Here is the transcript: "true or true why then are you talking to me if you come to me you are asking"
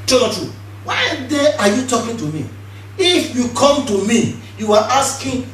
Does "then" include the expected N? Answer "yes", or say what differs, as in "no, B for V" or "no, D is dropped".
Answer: no, N is dropped